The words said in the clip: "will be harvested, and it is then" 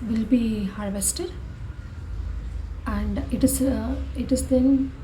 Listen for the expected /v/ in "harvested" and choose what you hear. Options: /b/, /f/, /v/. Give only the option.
/v/